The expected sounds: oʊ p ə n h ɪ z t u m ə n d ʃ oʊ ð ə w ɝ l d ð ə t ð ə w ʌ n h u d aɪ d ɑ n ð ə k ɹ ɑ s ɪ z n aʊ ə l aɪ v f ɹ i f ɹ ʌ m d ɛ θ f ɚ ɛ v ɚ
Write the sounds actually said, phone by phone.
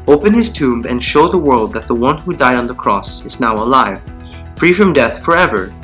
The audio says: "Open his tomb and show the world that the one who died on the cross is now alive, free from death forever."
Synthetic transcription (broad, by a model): oʊ p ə n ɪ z t u m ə n ʃ oʊ ð ə w ɝ l d ð ə t ð ə w ʌ n h u d aɪ d n ð ə k ɹ ɑ s ɪ z n aʊ ə l aɪ v f ɹ i f ɹ ʌ m d ɛ θ f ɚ ɛ v ɚ